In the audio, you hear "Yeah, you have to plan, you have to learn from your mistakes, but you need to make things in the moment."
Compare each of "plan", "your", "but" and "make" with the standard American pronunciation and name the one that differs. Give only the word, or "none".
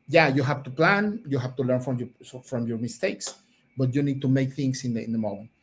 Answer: none